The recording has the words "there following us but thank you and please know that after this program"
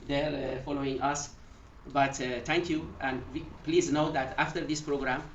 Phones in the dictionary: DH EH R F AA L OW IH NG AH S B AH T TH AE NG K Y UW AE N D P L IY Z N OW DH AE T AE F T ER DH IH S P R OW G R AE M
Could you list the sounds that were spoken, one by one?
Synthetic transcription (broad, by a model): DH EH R F AA L OW IH NG AH S B AH T T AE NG K Y UW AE N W P L IY Z N OW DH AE T AE F T ER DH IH S P R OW G R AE M